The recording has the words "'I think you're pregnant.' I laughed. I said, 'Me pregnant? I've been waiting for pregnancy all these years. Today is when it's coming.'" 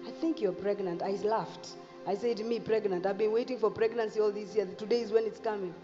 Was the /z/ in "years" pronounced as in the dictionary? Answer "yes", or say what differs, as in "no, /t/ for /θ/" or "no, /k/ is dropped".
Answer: no, /z/ is dropped